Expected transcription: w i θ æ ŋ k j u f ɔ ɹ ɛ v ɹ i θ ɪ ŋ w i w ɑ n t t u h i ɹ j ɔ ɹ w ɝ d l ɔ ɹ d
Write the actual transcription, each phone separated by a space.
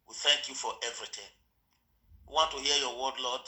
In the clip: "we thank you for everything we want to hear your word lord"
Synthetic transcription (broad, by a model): w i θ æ ŋ k j u f ɔ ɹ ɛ v ɹ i t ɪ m w i w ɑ n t t u h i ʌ j ɔ w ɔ d l ɔ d